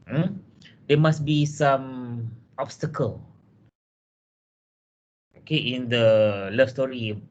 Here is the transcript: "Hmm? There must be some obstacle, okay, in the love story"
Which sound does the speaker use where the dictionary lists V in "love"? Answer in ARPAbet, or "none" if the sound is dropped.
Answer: F